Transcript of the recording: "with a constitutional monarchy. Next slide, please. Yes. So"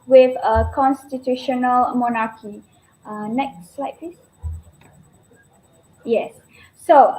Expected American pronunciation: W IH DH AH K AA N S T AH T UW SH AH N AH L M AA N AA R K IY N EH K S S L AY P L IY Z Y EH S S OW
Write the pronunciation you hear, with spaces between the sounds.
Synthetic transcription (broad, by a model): W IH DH AH K AA N S T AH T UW SH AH N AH L M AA N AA K IY N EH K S S L AY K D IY S Y EH S S OW